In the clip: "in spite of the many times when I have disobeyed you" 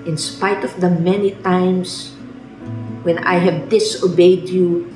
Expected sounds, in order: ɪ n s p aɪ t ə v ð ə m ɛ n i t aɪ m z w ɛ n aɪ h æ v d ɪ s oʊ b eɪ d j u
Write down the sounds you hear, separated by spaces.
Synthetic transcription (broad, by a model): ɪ n s p aɪ t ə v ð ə m ɛ n i t aɪ m s w ɛ n aɪ h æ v d ɪ s oʊ b eɪ d j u